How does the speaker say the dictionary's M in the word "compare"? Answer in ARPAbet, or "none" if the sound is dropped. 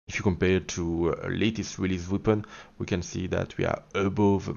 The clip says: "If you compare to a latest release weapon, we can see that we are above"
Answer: M